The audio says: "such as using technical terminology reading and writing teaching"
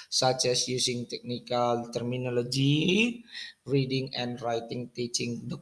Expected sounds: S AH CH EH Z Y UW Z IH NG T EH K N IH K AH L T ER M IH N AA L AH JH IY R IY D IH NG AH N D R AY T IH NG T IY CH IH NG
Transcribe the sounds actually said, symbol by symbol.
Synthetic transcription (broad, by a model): S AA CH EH S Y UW S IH NG T EH K N IH K AH L T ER M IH N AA L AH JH IY R IY D IH NG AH N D R AY T IH NG T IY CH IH NG